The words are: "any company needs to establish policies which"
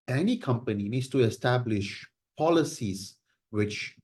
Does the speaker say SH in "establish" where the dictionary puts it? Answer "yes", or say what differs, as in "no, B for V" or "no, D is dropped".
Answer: yes